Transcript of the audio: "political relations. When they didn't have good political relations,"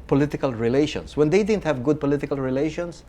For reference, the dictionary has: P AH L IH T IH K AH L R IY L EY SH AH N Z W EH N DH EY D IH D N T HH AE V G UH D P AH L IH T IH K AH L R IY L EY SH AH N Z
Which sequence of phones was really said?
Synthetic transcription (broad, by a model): P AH L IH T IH K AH L R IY L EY SH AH N S W EH N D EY D IH D N T HH AE V G UH D P AH L IH T IH K AH L R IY L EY SH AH N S